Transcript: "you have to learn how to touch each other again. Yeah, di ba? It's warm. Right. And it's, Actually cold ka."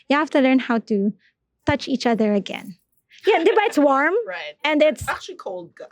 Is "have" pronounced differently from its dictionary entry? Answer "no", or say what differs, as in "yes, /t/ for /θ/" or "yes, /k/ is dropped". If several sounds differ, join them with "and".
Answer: yes, /f/ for /v/